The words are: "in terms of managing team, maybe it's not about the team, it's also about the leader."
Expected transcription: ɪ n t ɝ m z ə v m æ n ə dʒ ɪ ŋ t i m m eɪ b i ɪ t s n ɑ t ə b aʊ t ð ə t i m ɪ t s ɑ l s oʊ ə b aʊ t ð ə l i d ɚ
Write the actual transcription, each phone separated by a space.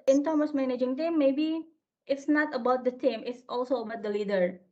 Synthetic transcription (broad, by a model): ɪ n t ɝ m ə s m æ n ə dʒ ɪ ŋ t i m m eɪ b i ɪ t s n ɑ t ə b aʊ t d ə t i m ɪ t s ɑ l s oʊ ə b aʊ t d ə l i d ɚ